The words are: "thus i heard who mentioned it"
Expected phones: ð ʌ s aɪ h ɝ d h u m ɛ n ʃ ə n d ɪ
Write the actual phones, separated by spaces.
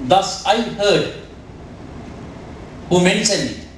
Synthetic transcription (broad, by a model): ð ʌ s aɪ h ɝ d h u m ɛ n s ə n ɪ